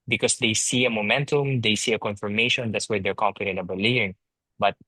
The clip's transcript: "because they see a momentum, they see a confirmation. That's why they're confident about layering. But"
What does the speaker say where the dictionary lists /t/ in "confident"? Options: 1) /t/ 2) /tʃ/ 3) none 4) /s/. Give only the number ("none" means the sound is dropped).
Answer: 3